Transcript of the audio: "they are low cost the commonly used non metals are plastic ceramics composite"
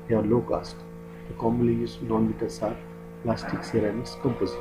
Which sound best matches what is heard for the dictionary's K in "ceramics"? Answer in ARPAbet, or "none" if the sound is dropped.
none